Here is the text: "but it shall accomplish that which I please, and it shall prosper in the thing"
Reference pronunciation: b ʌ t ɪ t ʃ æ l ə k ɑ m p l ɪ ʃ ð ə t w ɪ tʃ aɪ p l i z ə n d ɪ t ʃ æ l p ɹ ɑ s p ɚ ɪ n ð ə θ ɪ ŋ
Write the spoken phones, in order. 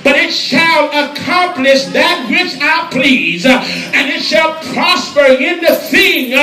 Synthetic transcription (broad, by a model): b ʌ t ɪ t ʃ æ l ə k ɑ m p l ɪ ʃ ð ə t w ɪ tʃ aɪ p l i z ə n ɪ t ʃ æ l p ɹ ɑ s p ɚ ɪ n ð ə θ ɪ ŋ